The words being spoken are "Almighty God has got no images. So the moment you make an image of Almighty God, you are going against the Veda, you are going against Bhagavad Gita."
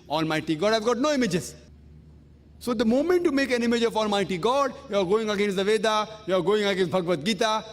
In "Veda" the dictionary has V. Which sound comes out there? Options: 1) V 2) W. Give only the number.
1